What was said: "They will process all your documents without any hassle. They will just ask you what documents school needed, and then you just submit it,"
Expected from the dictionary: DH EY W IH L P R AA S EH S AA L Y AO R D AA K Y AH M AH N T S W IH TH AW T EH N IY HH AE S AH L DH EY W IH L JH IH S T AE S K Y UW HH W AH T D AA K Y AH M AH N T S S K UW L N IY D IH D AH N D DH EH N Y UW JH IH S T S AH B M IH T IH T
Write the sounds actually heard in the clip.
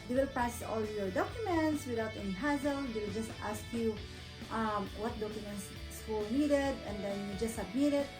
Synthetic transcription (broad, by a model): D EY W IH L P AA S S AA L Y AO R D AA K Y AH M AH N T S W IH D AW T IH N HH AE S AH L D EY W IH L JH IH S T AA S K Y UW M W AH T D AA K Y AH M AH N T S S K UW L N IY D IH D AH N D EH N Y UW JH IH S S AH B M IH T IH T